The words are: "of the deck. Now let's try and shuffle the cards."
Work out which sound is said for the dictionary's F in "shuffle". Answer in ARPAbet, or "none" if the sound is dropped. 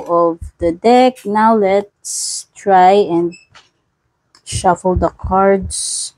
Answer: F